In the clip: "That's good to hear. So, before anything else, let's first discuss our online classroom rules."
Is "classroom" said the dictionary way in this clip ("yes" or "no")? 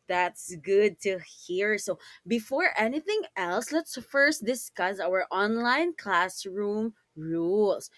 yes